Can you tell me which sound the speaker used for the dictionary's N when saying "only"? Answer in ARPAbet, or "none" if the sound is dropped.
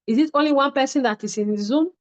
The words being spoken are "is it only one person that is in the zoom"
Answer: N